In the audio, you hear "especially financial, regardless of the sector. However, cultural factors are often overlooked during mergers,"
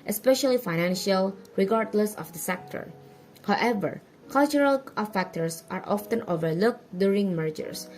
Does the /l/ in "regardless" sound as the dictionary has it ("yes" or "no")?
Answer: yes